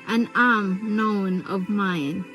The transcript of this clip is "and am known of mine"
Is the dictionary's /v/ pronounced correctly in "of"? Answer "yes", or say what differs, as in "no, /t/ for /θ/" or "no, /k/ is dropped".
yes